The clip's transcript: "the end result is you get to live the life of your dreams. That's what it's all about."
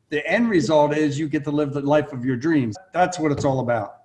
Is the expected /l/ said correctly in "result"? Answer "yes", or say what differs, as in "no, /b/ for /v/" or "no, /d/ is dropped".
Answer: yes